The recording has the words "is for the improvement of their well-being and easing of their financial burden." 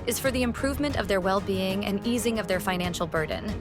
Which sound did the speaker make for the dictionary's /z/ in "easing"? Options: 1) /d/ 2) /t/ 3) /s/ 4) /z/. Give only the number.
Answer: 4